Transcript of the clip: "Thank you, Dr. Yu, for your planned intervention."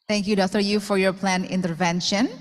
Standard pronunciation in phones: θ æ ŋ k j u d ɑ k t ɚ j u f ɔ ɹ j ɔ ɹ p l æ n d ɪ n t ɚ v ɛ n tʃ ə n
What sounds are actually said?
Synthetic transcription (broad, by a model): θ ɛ ŋ k j u d ɑ k t ɚ j u f ɔ ɹ j ɔ ɹ p l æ n ɪ n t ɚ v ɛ n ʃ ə n